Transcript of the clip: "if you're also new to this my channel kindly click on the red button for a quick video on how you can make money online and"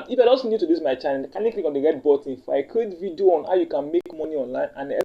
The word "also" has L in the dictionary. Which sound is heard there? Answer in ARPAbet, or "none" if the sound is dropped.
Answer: none